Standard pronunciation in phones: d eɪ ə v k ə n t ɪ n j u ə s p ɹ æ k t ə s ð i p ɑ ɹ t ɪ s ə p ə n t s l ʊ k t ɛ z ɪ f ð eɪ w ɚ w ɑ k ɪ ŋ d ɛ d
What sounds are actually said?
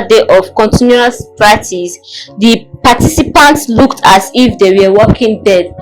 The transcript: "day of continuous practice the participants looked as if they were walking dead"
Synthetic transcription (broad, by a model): d eɪ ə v k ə n t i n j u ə s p ɹ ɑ t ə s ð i p ɑ t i s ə p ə n t s l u k t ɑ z ɪ f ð eɪ w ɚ w ɑ k ɪ ŋ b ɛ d